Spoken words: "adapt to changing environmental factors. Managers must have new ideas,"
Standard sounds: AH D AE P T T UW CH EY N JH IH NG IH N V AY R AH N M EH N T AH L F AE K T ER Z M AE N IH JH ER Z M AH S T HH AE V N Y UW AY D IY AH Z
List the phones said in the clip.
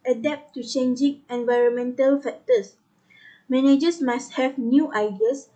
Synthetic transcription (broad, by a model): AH D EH P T T UW CH EY N JH IH NG IH N V AY R AH N M EH N T AH L F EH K T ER S M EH N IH JH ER S M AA S T HH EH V N Y UW AY D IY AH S